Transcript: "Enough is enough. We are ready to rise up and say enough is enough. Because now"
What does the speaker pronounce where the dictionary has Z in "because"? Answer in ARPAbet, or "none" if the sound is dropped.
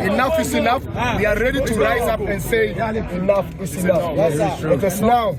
S